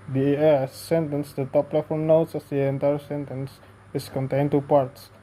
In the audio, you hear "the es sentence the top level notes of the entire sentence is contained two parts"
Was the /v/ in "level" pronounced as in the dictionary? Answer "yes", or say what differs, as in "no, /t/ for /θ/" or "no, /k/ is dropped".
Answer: no, /f/ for /v/